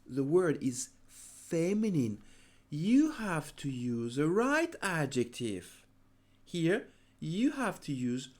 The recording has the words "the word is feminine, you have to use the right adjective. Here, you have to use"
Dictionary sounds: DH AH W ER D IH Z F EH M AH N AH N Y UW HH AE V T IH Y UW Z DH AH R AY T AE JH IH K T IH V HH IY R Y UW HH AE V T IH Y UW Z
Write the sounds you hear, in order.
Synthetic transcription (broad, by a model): DH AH W ER D IH Z F EH M AH N AH N Y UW HH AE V T IH Y UW Z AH R AY T AE JH IH K T IH V HH IY R Y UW HH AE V T IH Y UW Z